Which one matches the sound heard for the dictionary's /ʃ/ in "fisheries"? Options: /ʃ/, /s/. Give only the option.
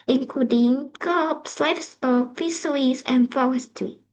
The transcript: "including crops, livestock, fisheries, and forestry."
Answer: /s/